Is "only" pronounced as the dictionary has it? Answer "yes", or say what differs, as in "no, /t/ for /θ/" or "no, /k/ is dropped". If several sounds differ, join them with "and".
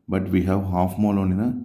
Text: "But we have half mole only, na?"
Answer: no, /l/ is dropped